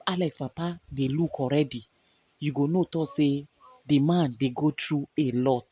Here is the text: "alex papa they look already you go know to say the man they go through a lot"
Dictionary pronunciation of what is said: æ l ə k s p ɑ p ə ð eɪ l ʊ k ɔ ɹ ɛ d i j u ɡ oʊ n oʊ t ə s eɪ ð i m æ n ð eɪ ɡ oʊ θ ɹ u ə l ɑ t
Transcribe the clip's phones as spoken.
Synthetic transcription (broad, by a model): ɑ l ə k s p ɑ p ə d eɪ l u k ɔ ɹ ɛ d i j u ɡ oʊ n oʊ t ə s eɪ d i m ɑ n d eɪ ɡ oʊ t ɹ u ə l ɑ t